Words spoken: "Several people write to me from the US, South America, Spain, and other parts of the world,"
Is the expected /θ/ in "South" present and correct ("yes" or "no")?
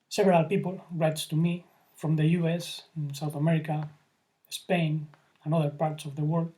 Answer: yes